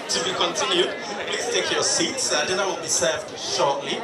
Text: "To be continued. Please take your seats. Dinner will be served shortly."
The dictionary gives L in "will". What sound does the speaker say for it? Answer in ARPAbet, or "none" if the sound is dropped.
N